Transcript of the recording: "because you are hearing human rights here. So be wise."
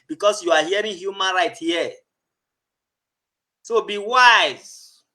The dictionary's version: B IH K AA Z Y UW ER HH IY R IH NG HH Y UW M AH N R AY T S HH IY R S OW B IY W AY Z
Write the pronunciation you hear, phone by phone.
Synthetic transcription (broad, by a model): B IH K AA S Y UW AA HH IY R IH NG HH Y UW M AH N R AY T HH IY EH S OW B IY W AY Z